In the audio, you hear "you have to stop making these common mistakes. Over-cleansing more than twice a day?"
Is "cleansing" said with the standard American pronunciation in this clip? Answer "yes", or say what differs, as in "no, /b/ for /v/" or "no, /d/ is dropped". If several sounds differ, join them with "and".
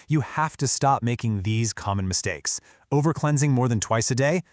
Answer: yes